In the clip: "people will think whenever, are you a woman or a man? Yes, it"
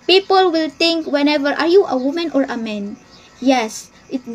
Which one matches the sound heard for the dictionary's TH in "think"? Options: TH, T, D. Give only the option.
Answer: T